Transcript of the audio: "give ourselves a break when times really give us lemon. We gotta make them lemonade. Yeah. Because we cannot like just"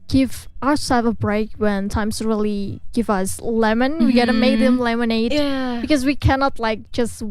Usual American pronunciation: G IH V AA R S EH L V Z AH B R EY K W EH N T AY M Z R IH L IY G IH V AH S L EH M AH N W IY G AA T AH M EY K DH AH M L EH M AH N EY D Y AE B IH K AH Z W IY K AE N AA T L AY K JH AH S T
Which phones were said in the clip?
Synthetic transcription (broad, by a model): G IH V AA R S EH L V AH B R EY K W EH N T AY M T R IH L IY G IH V AH S L EH M AH N W IY G AA T AH M EY K DH AH M L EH M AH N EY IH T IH K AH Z W IY K AE N AA T L AY K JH AH S T